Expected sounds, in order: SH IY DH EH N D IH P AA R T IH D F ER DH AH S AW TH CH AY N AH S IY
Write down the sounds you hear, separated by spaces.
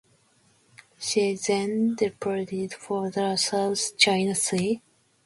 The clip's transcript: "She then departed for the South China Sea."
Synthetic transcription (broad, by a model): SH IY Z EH N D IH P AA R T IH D F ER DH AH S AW S CH AY N AH S IY